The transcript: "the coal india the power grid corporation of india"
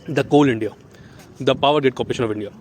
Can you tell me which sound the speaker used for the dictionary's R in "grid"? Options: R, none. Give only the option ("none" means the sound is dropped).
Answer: none